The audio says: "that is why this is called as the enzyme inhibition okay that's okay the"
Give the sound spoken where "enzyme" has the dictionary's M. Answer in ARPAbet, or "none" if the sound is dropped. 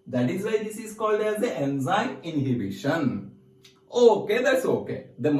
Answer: none